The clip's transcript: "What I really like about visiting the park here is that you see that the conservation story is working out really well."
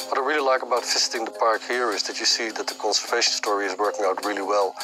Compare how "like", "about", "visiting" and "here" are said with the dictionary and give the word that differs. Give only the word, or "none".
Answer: visiting